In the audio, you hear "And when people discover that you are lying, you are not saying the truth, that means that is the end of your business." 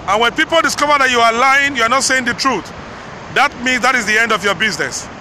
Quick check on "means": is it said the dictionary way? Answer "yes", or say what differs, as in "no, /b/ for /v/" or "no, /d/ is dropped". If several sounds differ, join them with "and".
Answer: yes